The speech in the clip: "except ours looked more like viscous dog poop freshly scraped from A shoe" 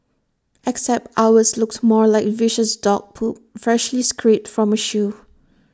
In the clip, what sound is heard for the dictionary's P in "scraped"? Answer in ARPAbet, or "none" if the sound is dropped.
none